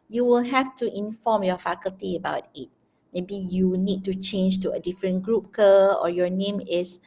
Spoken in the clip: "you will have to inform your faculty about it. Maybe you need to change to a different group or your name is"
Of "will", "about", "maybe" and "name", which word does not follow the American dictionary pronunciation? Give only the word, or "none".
none